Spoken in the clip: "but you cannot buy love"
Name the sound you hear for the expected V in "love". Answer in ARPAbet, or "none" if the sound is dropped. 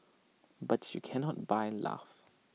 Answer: F